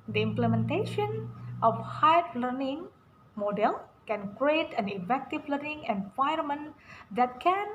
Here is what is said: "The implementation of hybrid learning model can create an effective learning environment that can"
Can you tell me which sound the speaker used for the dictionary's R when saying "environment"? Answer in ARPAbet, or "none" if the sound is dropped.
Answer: none